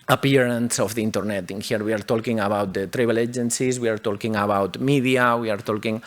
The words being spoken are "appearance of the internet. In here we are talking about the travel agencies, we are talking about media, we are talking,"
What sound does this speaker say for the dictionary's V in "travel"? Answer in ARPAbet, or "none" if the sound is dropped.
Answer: B